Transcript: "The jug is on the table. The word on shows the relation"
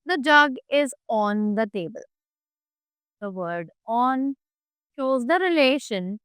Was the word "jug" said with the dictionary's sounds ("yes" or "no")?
yes